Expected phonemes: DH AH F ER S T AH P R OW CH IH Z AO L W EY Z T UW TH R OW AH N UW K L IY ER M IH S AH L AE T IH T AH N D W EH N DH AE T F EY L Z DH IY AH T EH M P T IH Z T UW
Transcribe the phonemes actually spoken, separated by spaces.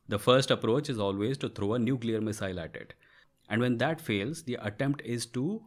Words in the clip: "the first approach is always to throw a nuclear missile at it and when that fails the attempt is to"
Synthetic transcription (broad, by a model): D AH F ER S T AH P R OW CH IH Z AO L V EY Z T UW T R OW AH N UW K L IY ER M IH S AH L AE T IH T AH N D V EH N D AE T F EY L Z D IY AH T EH M P T IH Z T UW